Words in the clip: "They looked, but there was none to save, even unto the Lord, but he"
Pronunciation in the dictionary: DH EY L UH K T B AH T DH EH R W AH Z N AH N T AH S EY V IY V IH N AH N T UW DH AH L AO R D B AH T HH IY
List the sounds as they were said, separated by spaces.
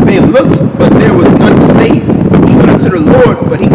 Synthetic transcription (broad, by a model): DH EY L UH K T B AH T DH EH R W AH Z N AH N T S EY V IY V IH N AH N S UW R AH L AO R D B AH T HH IY